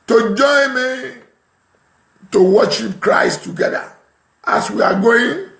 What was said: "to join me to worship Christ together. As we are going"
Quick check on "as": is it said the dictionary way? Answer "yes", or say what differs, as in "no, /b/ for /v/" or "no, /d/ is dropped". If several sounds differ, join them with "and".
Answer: no, /s/ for /z/